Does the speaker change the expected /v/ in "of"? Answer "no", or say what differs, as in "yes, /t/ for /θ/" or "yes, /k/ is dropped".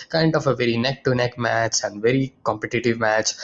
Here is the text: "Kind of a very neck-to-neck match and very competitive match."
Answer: yes, /f/ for /v/